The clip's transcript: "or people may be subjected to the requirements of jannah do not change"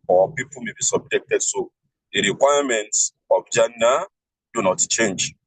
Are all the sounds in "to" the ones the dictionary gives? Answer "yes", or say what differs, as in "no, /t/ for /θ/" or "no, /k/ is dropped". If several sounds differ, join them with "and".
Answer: no, /s/ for /t/